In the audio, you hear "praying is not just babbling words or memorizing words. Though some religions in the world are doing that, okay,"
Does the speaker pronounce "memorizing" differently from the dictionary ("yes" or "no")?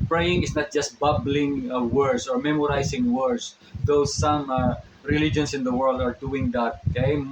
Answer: yes